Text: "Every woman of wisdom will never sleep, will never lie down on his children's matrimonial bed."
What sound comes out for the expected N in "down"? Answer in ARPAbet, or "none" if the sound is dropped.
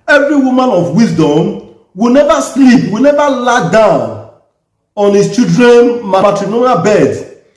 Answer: N